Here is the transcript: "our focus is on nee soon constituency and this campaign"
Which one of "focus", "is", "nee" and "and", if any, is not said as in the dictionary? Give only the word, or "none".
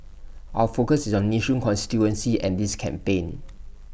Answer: is